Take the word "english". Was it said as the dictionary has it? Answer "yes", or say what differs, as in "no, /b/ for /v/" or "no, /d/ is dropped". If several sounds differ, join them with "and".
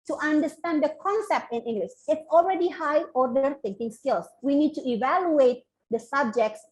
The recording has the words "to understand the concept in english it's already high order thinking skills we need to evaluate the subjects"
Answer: no, /s/ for /ʃ/